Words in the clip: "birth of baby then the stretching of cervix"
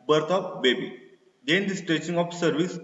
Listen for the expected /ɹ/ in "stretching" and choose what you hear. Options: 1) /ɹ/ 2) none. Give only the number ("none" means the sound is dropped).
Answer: 2